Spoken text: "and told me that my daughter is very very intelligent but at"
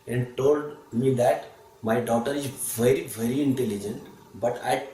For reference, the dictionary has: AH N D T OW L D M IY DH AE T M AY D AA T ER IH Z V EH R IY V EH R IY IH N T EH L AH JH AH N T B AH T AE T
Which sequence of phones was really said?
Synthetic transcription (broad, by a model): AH N D T OW L D M IY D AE T M AY D AA T ER IH Z V EH R IY V EH R IY IH N T EH L AH JH AH N T B AH T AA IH